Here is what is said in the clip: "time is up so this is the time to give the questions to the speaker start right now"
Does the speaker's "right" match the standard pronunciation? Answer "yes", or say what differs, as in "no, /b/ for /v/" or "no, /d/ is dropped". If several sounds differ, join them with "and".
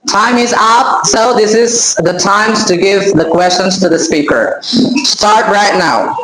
yes